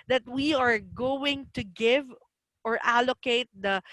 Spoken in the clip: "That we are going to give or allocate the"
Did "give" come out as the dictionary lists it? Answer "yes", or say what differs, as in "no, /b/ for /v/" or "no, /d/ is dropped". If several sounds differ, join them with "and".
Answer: yes